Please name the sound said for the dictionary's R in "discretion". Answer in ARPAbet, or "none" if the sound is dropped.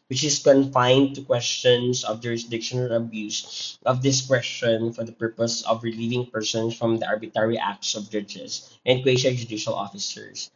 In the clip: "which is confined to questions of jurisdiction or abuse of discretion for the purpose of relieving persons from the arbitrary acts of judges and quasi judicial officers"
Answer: W